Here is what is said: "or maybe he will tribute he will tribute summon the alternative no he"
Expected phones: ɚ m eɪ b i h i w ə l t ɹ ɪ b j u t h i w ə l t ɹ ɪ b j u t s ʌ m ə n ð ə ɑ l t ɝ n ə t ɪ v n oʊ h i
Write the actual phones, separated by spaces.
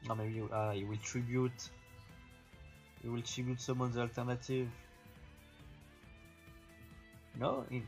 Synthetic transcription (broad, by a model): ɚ m eɪ b i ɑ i w ə l t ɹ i b j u t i w ə l t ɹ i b j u t s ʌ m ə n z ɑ l t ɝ n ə t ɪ v n oʊ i